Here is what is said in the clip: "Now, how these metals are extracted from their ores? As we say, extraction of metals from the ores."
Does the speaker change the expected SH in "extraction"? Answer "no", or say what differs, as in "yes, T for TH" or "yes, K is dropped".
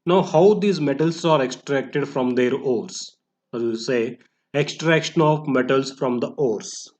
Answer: no